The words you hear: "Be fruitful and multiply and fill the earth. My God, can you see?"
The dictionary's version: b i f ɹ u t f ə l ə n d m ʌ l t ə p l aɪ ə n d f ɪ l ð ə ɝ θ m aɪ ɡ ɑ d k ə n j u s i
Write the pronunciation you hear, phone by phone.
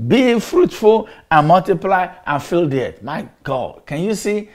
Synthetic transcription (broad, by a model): b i f ɹ u t f ə l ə n m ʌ l t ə p l aɪ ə n f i l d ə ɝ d m aɪ ɡ ɑ d k ə n j u s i